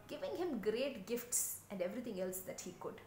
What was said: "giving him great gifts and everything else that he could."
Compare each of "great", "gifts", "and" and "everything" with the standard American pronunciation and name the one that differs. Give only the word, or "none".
everything